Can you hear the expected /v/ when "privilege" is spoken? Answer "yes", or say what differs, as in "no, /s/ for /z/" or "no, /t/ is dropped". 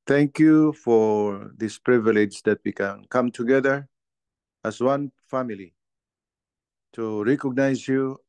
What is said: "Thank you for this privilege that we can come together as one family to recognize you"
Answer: yes